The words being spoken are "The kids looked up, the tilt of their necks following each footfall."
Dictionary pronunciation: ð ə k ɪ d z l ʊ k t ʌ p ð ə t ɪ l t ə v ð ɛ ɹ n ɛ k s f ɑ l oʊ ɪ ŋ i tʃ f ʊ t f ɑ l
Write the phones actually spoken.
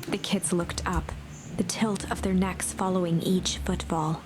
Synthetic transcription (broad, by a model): ð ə k ɪ d z l ʊ k t ʌ p ð ə t ɪ l t ə v ð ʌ ɹ n ɛ k s f ɑ l oʊ ɪ ŋ i tʃ f ʊ t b ɑ l